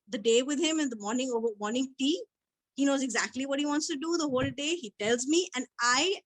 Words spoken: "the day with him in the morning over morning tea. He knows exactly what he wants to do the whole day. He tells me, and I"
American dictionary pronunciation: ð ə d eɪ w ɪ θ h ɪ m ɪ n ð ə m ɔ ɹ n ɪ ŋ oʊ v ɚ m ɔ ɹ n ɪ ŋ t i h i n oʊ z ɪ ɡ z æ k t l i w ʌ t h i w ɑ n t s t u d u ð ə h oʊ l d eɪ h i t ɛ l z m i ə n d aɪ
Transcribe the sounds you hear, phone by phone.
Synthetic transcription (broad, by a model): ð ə d eɪ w ɪ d h ɪ m ɪ n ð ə m ɔ ɹ n ɪ ŋ oʊ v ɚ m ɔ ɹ n ɪ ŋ t i h i n oʊ z ɪ ɡ z æ k t l i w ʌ t h i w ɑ n t s t u d u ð ə h oʊ l d eɪ h i t ɛ l z m i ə n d aɪ